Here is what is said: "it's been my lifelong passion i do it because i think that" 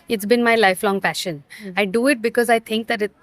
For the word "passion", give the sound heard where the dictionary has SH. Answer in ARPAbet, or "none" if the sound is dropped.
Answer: SH